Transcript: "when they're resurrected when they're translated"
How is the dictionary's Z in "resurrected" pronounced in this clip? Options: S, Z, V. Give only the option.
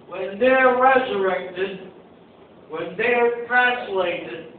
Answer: Z